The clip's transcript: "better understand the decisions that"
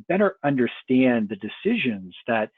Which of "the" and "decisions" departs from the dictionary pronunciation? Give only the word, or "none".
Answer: none